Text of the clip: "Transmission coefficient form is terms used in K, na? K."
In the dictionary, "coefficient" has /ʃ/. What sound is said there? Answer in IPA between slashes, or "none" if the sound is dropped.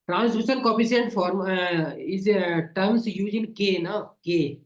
/s/